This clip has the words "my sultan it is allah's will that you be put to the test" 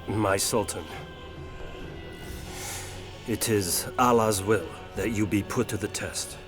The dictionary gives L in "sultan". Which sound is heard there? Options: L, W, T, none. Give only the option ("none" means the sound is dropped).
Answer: L